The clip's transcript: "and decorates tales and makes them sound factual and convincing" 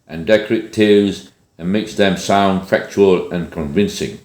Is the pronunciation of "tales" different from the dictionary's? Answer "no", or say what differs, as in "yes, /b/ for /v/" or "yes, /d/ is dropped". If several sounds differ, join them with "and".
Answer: yes, /l/ is dropped